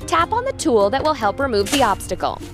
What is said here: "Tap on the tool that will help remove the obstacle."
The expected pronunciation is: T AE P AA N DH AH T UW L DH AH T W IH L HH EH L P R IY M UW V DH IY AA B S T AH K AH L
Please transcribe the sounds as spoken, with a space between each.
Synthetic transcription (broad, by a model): T AE P N DH AH T UW L DH AH T W IH L HH EH L P R IY M UW V DH IY AA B S T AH K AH L